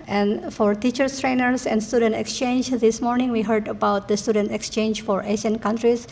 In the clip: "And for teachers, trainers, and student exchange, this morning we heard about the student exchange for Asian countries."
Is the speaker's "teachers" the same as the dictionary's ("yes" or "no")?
no